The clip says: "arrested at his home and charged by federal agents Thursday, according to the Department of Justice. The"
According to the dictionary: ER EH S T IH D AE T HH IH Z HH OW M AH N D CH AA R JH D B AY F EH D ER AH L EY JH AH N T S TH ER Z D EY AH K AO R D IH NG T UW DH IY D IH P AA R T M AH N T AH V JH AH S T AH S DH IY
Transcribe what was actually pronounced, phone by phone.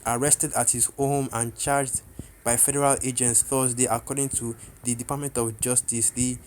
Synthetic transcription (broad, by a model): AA EH S T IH D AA T HH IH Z HH OW M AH N CH AA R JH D B AY F EH D ER AH L EY JH AH N T S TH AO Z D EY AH K AO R D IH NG T UW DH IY D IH P AA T M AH N T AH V JH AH S T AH S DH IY